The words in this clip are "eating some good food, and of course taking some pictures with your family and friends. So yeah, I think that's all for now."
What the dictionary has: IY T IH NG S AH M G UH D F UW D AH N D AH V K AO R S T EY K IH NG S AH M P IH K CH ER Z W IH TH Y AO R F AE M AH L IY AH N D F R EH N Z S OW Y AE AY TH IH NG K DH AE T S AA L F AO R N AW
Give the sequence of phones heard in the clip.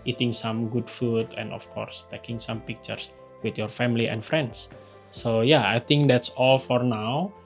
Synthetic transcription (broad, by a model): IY T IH NG S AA M G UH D F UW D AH N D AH F K AO R S T EY K IH NG S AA M P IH K CH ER S W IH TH Y AO R F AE M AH L IY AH N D F R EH N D S OW Y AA AY T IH NG K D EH T S AA L F AO R N AW